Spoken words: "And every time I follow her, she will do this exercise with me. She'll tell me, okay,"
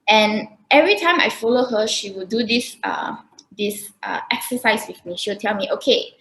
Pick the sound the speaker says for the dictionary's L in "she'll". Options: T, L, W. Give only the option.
W